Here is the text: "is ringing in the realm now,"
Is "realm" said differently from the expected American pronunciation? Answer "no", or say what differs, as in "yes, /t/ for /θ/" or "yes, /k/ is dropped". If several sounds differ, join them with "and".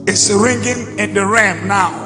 yes, /l/ is dropped